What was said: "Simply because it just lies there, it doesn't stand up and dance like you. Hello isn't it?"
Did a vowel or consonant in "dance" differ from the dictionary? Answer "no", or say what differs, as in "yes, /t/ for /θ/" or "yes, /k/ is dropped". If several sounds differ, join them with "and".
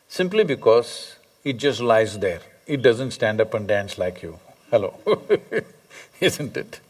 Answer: no